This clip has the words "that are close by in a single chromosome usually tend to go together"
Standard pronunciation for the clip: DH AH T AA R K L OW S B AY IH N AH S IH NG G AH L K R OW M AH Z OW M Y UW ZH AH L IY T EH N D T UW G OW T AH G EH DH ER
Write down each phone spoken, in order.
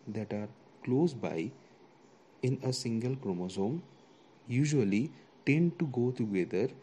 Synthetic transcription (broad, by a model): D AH T AA R K L OW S B AY IH N AH S IH NG G AH L K R OW M AH Z OW M Y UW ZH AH L IY T EH N D T UW G OW T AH G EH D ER